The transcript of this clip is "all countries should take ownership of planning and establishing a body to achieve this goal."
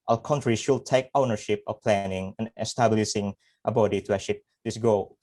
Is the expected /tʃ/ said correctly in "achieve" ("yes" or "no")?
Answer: no